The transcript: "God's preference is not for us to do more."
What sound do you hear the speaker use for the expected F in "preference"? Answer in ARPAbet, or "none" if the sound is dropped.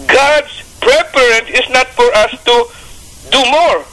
P